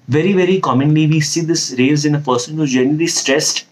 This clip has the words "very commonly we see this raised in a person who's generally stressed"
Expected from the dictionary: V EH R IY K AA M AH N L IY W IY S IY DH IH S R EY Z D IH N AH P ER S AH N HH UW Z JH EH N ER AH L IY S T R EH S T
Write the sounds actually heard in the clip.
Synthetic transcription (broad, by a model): V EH R IY K AA M AH N L IY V IY S IY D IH S R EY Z IH N AH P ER S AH N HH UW JH EH N ER AH L IY S T R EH S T